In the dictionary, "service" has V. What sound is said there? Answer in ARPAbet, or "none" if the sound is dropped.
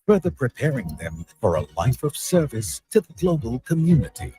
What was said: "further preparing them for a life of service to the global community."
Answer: V